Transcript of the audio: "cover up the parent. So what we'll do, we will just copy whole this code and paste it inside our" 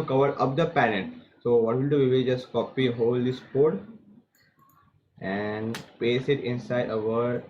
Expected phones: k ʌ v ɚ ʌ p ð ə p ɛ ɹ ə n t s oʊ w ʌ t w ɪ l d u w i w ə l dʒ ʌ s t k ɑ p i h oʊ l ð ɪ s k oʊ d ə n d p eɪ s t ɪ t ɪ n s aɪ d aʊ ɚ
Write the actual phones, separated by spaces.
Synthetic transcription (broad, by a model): k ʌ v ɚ ʌ p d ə p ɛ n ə t s oʊ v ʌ t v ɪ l d u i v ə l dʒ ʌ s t k ɑ p i h oʊ l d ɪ s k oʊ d ə n d p eɪ s ɪ t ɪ n s aɪ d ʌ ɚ